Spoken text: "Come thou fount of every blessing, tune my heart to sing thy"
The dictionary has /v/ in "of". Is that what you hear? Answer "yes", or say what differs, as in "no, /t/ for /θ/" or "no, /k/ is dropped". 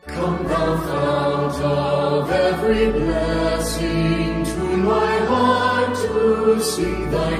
yes